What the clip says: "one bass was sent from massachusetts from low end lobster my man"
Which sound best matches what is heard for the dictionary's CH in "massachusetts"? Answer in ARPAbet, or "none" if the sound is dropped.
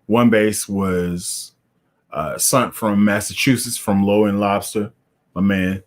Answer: CH